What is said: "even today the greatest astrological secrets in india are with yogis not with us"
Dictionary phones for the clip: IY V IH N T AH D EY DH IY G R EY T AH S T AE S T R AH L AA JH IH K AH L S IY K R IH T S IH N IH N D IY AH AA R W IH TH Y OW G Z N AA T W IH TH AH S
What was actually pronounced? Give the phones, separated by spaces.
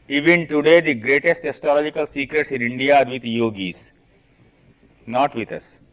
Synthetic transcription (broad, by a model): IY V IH N T AH D EY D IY G R EY T AH S T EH S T AH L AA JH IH K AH L S IY K R IH T S IH N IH N D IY AA R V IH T Y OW G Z N AA T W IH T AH S